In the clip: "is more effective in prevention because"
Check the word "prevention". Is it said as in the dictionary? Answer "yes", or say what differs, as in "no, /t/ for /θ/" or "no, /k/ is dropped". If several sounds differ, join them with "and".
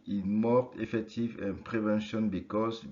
yes